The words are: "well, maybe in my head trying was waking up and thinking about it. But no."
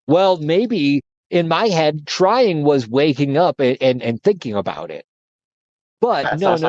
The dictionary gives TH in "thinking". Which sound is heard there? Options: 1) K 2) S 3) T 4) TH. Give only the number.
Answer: 4